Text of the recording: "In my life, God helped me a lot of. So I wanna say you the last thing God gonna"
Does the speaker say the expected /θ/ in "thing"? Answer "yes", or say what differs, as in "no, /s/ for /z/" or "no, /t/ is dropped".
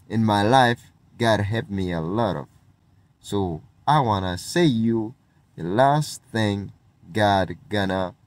yes